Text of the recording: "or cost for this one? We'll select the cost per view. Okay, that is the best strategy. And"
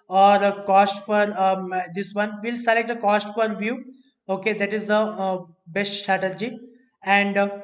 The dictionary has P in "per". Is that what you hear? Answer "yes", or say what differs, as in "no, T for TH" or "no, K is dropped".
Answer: no, F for P